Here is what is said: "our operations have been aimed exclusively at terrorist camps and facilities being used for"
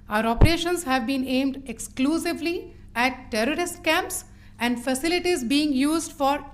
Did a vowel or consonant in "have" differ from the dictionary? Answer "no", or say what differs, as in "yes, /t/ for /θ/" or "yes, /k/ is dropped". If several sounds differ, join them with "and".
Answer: no